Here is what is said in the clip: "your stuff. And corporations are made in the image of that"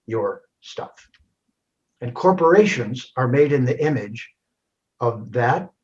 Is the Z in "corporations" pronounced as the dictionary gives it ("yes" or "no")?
yes